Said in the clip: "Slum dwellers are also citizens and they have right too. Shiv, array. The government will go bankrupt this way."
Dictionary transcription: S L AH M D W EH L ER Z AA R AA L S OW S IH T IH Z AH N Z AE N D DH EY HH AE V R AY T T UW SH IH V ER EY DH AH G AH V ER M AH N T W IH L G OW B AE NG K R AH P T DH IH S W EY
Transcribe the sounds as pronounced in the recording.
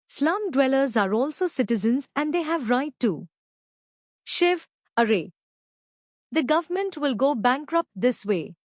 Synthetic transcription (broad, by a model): S L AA M D W EH L ER Z AA R AA L S OW S IH T IH Z AH N Z AE N D EY HH AE V R AY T T UW SH IH V ER EY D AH G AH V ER M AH N T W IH L G OW B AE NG K R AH P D IH S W EY